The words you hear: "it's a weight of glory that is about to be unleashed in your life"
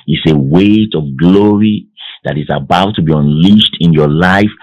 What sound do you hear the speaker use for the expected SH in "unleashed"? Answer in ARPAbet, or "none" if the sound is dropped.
SH